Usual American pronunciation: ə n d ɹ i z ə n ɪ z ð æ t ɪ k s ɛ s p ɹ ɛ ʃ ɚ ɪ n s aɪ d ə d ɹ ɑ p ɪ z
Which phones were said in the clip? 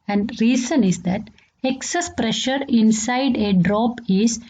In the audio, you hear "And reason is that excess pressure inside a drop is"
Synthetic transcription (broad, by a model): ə n d ɹ i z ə n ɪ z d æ t ɪ k s ɛ s p ɹ ɛ ʃ ɚ ɪ n s aɪ d ə d ɹ ɑ p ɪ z